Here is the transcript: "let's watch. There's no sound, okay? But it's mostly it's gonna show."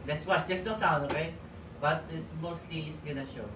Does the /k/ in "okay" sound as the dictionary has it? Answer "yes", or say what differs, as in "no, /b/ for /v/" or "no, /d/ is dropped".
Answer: no, /k/ is dropped